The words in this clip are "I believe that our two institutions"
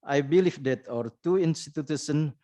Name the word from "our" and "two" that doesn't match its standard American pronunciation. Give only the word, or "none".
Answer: none